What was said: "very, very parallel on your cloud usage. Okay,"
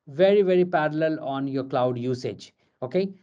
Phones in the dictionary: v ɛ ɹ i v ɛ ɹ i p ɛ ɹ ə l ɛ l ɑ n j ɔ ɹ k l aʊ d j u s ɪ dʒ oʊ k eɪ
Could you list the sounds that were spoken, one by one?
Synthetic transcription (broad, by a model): v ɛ ɹ i v ɛ ɹ i p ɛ ɹ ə l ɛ l ɑ n j ɔ ɹ k l aʊ d j u s ɪ dʒ oʊ k eɪ